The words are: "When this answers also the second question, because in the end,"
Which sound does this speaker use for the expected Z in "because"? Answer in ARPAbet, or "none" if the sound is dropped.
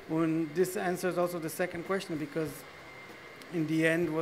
Z